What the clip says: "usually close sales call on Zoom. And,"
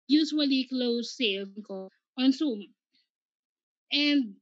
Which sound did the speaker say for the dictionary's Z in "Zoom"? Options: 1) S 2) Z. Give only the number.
1